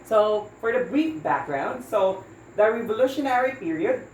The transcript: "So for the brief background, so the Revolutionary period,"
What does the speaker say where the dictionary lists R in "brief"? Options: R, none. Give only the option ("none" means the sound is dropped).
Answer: none